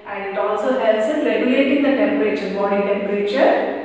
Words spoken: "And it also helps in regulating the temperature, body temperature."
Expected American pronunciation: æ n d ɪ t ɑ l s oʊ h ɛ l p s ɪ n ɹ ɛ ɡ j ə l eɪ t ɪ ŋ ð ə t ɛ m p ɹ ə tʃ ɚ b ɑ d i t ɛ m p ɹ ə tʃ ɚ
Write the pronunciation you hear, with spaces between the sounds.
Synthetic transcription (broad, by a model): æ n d ɪ t ɑ l s oʊ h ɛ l s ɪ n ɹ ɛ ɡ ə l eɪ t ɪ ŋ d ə t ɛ m p ɹ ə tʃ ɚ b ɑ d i t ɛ m p ɹ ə tʃ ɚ